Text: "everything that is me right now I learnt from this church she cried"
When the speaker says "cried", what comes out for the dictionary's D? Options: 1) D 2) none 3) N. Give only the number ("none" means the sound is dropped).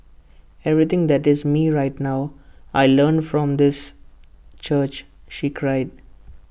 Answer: 1